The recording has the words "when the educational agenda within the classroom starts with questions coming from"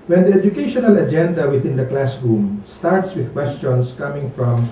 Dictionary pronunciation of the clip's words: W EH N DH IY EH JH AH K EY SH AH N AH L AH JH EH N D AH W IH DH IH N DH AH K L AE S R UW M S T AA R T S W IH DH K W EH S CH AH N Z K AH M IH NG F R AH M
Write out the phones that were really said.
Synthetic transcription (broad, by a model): W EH N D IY EH JH AH K EY SH AH N AH L AH JH EH N D AH W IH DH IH N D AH K L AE S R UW M S T AA R T S W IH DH K W EH S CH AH N S K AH M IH NG F R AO M